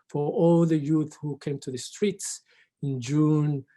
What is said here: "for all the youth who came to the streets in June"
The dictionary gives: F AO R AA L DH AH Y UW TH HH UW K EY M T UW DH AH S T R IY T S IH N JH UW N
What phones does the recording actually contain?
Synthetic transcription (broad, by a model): F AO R AA L DH AH Y UW TH HH UW K EY M T UW DH AH S T R IY T S IH N JH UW N